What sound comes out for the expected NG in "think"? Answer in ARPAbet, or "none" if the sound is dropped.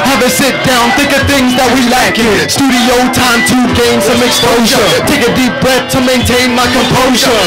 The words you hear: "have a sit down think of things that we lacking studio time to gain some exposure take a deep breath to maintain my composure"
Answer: none